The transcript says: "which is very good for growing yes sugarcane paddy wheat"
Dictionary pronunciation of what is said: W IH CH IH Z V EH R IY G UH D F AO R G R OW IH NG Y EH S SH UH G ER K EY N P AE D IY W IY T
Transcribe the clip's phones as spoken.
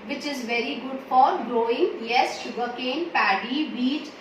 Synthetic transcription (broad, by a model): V IH CH IH Z V EH R IY G UH D F AO R G R OW IH NG Y EH S SH UH G ER K EY N P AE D IY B IY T